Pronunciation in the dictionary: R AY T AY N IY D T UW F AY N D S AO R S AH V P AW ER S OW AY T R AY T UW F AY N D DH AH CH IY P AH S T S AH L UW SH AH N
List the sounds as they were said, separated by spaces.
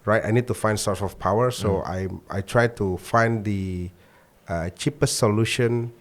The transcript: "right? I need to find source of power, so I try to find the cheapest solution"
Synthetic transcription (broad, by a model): R AY T AY N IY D T UW F AY N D S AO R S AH F P AW ER S OW AY T R AY T UW F AY N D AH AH CH IY P AH S T S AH L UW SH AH N